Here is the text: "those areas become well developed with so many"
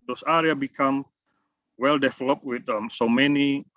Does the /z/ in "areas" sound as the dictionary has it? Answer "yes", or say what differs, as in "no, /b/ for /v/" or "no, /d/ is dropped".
no, /z/ is dropped